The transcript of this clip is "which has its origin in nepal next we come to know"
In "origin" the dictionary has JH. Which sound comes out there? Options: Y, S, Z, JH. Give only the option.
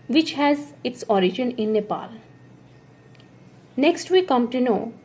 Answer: JH